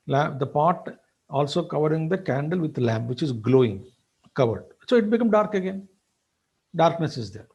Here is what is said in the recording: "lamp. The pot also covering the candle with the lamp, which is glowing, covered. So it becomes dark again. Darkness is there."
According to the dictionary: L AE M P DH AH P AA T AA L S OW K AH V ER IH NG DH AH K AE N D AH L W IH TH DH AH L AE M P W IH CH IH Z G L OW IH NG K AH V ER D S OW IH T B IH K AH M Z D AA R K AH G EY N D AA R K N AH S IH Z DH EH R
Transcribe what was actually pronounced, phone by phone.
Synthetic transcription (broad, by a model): L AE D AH P AA T AA L S OW K AH V ER IH NG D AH K AE N D AH L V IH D L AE M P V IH CH IH Z G L OW IH NG K AH V ER D S OW IH T B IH K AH M D AA R K AH G EY N D AA R K N AH S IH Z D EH R